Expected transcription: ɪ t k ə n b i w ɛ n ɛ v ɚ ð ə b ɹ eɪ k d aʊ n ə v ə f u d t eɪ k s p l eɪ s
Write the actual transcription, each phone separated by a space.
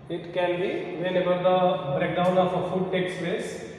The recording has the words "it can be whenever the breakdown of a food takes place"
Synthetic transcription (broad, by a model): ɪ t k ə n b i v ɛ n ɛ b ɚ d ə b ɹ eɪ k d aʊ n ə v ə f u d t eɪ k s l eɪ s